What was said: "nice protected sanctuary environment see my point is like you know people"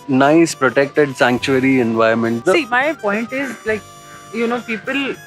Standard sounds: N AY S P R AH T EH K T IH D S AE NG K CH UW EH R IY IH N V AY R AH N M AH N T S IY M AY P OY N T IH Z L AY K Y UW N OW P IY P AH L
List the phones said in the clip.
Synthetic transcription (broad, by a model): N AY S P R AH T EH K T IH D S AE NG K CH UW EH R IY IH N V AY AH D M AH N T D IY M AY P OY N T IH Z L AY K Y UW N OW P IY P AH L